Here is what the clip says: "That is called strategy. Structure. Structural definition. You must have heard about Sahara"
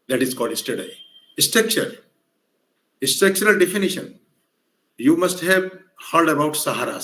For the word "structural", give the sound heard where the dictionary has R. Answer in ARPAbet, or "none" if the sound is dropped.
none